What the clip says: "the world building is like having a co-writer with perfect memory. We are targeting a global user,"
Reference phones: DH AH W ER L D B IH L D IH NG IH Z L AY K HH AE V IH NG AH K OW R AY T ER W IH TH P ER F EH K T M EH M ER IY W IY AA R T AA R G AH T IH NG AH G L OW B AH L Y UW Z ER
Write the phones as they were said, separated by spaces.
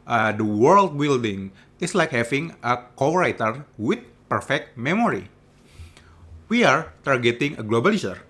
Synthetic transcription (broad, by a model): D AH W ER L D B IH L D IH NG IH S L AY K HH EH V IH NG AH K OW R AY T ER W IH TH P ER F EH K T M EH M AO IY W IY AA R T AA R G AH T IH NG AH G L OW B AH L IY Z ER